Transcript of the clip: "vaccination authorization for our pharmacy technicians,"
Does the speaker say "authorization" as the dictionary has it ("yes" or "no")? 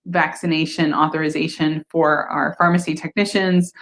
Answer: yes